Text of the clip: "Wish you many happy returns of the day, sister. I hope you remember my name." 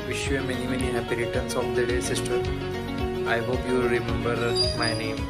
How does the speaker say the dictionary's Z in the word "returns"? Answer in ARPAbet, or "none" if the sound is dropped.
S